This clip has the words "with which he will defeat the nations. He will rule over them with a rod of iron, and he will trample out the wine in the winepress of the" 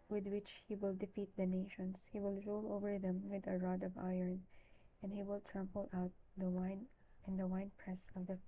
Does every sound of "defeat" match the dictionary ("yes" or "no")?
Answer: yes